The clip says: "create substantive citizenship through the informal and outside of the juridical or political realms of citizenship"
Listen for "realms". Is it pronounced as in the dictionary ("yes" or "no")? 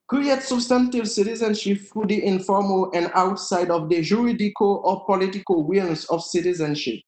no